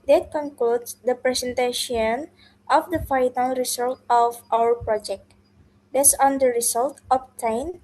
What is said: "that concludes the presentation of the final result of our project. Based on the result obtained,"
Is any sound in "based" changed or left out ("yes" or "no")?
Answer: yes